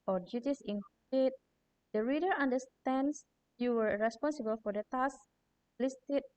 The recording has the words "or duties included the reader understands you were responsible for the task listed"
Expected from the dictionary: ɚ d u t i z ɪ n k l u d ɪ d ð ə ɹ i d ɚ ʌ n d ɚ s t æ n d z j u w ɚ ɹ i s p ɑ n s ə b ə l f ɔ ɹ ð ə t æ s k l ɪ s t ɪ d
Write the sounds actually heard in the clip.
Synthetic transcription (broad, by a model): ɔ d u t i s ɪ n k i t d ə ɹ i d ɚ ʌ n d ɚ s t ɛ n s j u w ɚ ɹ i s p ɑ n s ə b ə l f ɔ ɹ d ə t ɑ s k l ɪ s t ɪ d